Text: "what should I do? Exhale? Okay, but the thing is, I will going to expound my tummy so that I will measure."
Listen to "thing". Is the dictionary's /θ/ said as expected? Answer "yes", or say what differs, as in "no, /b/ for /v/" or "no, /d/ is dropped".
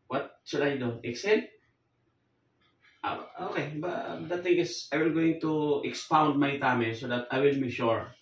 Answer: no, /t/ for /θ/